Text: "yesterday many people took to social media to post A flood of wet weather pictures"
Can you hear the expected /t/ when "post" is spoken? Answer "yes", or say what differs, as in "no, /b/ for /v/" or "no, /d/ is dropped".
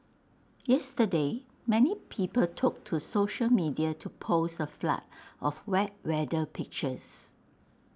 no, /t/ is dropped